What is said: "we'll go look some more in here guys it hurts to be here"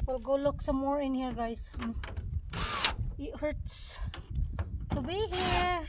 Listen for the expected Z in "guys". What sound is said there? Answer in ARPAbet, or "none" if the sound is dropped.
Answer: S